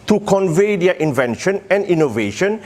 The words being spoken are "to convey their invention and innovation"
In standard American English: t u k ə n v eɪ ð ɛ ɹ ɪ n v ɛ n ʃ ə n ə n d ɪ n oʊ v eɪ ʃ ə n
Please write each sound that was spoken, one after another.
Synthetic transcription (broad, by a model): t u k ə n v eɪ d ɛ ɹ ɪ n v ɛ n ʃ ə n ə n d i n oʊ v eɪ ʃ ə n